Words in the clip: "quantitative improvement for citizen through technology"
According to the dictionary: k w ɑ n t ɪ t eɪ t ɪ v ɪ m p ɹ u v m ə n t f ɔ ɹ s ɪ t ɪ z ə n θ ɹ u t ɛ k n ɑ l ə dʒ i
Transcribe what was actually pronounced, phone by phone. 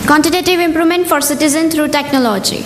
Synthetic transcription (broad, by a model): k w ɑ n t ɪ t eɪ t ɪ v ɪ m p ɹ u m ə n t f ɔ ɹ s ɪ t ɪ z ə n t ɹ u t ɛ k n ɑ l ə dʒ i